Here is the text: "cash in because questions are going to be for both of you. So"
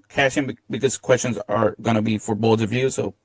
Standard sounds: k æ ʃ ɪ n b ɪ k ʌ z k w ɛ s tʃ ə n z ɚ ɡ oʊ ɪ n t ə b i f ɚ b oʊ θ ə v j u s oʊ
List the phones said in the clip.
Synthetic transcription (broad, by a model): k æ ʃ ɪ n b ɪ k ʌ z k w ɛ s tʃ ə n z ɚ ɡ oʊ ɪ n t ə b i f ɚ b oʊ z ə v j u s oʊ